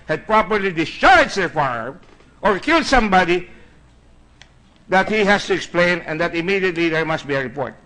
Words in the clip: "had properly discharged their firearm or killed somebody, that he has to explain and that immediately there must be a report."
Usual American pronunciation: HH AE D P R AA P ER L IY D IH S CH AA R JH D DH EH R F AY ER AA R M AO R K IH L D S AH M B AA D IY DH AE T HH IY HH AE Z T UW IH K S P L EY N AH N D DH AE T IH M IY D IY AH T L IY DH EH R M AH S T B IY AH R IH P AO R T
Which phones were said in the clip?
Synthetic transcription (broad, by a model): HH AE D P R AA P ER L IY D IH CH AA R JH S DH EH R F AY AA R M AO R K IH L D S AH M B AA D IY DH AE T HH IY HH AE S T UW IH K S P L EY N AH N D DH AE T IH M IY D IY AH T L IY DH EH R M AH S T B IY AH R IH P AO R T